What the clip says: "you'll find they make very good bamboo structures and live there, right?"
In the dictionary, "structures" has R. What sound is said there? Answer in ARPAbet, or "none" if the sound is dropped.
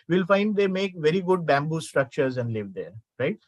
R